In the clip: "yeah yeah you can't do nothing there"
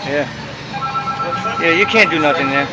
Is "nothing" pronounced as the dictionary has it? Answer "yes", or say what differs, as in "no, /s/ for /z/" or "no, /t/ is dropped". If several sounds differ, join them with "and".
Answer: no, /t/ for /θ/